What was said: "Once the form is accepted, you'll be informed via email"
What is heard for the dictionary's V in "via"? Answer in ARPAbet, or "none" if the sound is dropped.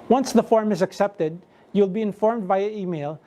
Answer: B